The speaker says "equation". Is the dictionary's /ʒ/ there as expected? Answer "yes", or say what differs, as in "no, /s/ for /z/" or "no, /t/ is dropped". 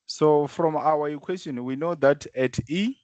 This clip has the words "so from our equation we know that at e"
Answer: no, /s/ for /ʒ/